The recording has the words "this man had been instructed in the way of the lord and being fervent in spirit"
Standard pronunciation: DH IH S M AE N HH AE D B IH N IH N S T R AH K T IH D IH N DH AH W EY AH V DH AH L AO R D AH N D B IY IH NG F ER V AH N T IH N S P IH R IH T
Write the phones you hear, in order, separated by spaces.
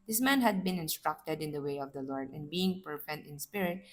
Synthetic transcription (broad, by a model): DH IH S M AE N HH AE D B IH N IH N S T R AH K T IH D IH N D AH W EY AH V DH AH L AO R D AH N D B IY IH NG P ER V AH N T IH N S P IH R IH T